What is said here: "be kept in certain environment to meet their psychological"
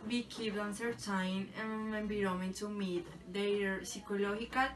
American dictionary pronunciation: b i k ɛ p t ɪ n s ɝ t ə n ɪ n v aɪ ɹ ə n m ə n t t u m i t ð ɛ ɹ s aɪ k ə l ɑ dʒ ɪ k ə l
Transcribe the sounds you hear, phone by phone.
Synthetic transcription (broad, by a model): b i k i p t ɪ n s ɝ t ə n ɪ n b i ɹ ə m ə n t t u m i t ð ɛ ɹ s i k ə l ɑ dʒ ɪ k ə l